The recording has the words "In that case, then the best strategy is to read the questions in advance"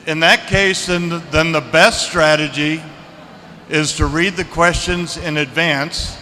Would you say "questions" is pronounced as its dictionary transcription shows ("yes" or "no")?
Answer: yes